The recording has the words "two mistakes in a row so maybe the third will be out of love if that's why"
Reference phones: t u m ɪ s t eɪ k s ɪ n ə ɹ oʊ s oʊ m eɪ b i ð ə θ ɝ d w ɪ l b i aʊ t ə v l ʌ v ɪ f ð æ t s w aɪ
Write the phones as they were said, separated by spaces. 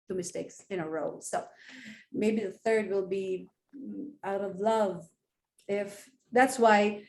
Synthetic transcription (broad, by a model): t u m ɪ s t eɪ k s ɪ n ə ɹ oʊ s oʊ m eɪ b i ð ə θ ɝ d w ɪ l b i aʊ t ə v l ʌ v ɪ f ð æ t s w aɪ